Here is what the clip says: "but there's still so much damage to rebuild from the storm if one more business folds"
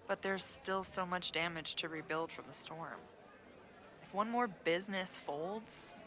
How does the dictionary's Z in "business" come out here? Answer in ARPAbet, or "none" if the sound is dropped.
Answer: Z